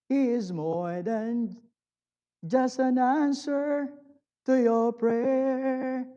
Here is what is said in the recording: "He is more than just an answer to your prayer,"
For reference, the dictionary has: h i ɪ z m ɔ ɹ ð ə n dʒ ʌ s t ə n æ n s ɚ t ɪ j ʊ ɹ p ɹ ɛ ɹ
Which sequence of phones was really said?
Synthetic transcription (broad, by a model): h i ɪ z m ɔ ɹ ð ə n dʒ ʌ s t ə n æ n s ɚ t ɪ j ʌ ɹ p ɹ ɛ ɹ